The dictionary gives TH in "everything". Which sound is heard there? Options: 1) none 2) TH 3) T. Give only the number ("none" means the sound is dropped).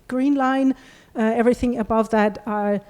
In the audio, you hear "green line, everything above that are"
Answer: 2